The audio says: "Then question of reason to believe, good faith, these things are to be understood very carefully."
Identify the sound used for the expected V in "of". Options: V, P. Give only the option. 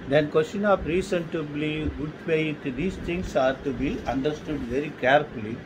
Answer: P